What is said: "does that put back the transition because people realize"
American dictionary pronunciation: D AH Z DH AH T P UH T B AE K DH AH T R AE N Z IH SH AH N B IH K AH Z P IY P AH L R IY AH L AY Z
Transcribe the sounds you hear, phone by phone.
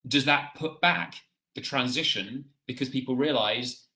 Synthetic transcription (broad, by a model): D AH Z DH AH T P UH T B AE K DH AH T R AE N Z IH SH AH N B IH K AH Z P IY P AH L R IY AH L AY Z